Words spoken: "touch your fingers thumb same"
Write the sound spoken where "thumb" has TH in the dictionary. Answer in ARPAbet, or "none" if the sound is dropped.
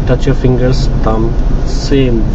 T